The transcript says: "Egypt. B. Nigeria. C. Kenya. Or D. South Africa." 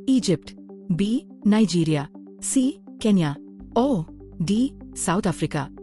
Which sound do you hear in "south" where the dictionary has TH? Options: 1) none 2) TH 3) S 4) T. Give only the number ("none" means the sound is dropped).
4